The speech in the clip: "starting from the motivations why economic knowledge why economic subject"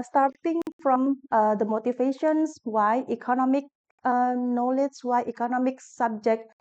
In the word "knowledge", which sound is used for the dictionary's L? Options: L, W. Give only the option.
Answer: L